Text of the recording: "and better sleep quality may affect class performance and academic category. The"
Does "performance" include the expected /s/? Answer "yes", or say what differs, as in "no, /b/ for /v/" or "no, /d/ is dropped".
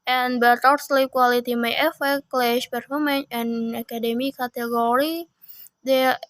no, /s/ is dropped